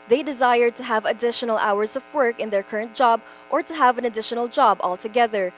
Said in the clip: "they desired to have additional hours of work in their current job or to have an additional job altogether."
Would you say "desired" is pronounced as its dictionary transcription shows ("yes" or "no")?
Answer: yes